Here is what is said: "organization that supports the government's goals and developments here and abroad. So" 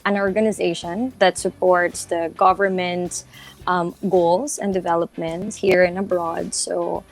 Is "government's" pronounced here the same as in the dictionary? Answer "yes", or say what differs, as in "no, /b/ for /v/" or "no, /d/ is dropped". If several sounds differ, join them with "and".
no, /s/ is dropped